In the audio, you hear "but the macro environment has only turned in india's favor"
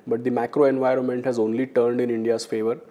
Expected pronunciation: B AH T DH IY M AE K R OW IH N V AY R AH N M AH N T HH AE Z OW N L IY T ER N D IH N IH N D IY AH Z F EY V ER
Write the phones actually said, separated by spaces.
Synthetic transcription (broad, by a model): B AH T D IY M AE K R OW IH N V AY R AH N M AH N T HH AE Z OW N L IY T ER N D IH N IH N D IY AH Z F EY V ER